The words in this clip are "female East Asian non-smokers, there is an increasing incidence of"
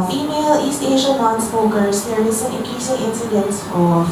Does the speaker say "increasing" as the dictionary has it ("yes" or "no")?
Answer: no